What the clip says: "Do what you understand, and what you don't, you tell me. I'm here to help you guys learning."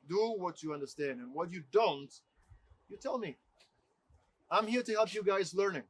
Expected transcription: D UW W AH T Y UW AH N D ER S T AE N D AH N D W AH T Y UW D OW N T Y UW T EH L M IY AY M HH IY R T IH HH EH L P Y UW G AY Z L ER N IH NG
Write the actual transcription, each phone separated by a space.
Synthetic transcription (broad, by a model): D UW W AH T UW AH N D ER S T AE N D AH N W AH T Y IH D OW N T Y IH T EH L M IY AY M HH IY R T IH HH EH L P Y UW G AY Z L ER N IH NG